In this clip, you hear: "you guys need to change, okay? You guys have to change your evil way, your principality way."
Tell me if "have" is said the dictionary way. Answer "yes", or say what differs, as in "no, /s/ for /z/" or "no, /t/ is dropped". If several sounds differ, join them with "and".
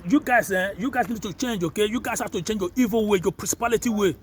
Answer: no, /f/ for /v/